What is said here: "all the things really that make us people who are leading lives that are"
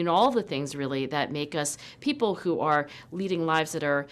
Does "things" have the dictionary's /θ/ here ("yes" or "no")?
yes